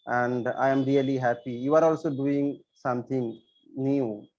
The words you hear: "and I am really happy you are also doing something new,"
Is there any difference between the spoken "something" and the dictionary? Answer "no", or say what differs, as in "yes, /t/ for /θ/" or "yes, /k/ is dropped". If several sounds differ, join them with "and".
yes, /t/ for /θ/